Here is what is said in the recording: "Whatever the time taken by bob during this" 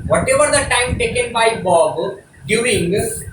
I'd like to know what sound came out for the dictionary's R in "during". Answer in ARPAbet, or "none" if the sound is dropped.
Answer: none